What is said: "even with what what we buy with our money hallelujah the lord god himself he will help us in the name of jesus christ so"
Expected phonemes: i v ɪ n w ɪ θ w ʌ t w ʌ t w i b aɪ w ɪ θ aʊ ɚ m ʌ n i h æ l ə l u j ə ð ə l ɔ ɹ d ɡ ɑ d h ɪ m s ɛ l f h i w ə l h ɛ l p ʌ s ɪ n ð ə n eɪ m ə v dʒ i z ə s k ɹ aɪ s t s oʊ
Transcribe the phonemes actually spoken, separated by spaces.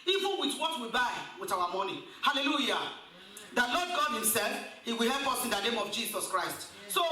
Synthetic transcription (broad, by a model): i v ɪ n w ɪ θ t w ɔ t w i b aɪ w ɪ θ aʊ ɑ m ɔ n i h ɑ l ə l u j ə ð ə l ɔ d ɡ ɑ d h ɪ m s ɛ l f h i w ə l h ɛ l p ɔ s ɪ n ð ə n eɪ m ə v dʒ i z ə s k ɹ aɪ s t s oʊ